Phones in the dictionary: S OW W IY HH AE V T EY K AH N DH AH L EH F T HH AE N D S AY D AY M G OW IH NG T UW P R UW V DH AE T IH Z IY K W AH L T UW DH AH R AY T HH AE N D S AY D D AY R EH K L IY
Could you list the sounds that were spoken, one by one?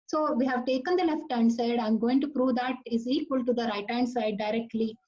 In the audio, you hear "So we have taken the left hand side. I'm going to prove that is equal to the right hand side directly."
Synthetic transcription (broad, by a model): S OW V IY HH AE V T EY K AH N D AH L EH F T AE N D S AY D AY M G OW IH NG T UW P R UW V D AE T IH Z IY K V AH L T UW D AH R AY T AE N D S AY D D AY R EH K L IY